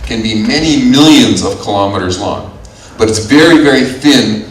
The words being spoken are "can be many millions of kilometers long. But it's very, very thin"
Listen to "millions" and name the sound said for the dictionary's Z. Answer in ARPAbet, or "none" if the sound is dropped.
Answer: Z